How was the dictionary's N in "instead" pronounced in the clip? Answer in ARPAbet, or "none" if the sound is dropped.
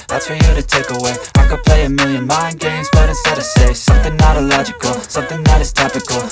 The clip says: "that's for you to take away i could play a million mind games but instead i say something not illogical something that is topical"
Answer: none